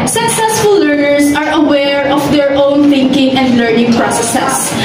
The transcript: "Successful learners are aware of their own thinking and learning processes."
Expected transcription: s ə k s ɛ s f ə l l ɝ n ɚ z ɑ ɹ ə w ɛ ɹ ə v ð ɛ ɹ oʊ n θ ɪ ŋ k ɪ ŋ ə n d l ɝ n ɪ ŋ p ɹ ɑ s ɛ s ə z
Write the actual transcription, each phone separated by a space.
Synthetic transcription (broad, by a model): s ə k s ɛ s f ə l l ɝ n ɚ s ɑ ɹ ə w ɛ ɹ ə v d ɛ ɹ oʊ n θ ɪ ŋ k ɪ ŋ ə n d l ɝ n ɪ ŋ p ɹ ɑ s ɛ s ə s